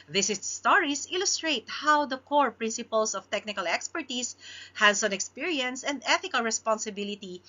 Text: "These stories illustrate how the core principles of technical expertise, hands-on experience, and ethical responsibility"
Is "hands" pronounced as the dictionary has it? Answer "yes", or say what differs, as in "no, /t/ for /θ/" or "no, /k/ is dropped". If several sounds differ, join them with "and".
no, /s/ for /z/